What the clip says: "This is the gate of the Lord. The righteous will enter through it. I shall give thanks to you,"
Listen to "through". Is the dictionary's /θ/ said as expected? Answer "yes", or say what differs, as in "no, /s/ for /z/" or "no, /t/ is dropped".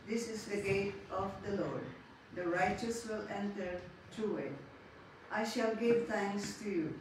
no, /t/ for /θ/